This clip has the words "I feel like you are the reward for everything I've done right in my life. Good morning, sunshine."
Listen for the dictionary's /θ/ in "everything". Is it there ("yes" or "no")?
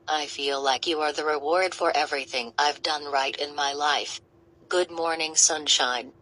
yes